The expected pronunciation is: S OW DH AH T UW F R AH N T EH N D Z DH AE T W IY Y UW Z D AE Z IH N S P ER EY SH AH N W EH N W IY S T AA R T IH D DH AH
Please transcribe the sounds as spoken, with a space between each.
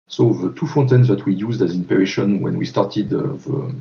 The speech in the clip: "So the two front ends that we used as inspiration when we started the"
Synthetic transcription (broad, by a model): S OW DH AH T UW F AO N T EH N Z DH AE T W IY Y UW Z D AE Z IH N P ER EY SH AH N W EH N W IY S T AA R T IH D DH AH